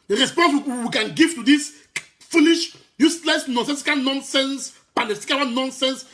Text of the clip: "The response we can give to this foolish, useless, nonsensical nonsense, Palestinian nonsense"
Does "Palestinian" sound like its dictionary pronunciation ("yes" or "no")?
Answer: no